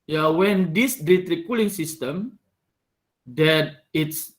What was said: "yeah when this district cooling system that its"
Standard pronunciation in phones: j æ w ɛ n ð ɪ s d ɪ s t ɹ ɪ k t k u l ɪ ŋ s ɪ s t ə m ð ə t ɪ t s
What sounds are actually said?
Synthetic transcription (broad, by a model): j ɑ w ɛ n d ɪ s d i t ɹ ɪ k k u l ɪ ŋ s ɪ s t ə m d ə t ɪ t s